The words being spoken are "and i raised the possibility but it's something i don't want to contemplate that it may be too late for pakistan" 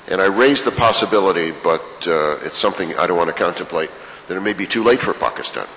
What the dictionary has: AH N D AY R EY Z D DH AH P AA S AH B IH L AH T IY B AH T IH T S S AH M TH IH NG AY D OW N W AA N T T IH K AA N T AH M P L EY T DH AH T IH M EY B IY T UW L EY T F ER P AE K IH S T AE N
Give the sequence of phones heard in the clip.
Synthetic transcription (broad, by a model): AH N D AY R EY Z DH AH P AA S AH B IH L AH T IY B AH T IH T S S AH M TH IH NG AY D OW N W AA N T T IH K AA N T AH M P L EY T DH AH T IH M EY B IY T UW L EY T F ER P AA K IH S T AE N